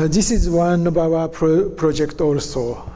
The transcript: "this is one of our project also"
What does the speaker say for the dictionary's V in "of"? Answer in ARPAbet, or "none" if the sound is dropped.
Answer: B